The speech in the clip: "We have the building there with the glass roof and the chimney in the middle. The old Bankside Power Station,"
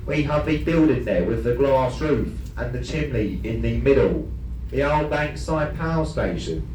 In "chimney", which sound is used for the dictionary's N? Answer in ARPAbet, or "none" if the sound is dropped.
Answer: L